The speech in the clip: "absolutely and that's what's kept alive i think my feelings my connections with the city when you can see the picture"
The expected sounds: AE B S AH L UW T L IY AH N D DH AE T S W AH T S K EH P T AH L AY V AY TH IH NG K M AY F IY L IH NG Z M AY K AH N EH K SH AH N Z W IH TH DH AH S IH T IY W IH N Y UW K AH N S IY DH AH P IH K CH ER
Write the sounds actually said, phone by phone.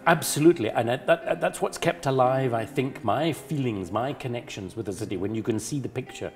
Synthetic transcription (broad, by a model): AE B S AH L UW T L IY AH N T DH AE T S W AH T S K EH P T AH L AY V AY TH IH NG K M AY F IY L IH NG Z M AY K AH N EH K SH AH N Z W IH DH AH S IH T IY W IH N Y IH K AH N S IY DH AH P IH K CH ER